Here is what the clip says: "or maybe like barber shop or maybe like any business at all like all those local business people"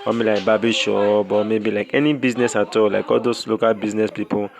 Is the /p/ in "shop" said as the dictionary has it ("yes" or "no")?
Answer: no